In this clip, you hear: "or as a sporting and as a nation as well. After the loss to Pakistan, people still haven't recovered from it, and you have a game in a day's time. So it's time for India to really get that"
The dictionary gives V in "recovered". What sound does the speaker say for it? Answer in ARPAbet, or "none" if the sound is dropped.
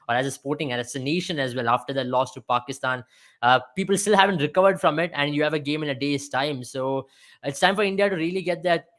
V